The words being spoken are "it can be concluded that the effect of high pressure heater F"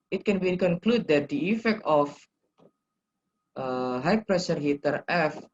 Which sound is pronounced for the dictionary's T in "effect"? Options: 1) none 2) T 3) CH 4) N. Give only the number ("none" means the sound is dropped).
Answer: 2